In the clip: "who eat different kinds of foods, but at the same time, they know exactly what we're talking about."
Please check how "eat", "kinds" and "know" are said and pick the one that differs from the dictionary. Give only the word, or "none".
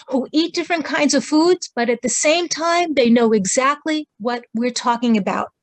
none